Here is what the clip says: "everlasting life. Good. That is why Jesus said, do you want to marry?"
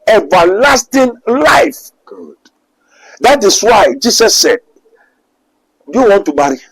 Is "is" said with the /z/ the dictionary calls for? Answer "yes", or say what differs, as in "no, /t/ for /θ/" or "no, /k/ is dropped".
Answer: no, /s/ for /z/